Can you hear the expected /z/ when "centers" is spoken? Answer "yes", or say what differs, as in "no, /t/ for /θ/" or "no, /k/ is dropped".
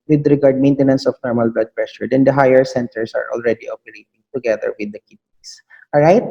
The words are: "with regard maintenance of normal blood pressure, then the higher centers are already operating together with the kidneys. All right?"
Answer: no, /s/ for /z/